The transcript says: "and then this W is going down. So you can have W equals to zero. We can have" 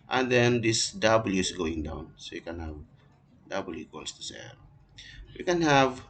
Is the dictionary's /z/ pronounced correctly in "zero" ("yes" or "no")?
no